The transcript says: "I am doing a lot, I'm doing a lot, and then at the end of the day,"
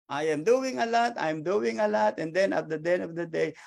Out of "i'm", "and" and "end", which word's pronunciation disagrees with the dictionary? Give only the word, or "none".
end